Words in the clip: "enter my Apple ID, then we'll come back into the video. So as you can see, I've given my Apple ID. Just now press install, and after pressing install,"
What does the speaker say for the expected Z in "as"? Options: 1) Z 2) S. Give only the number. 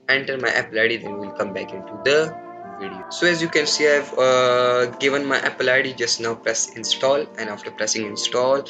1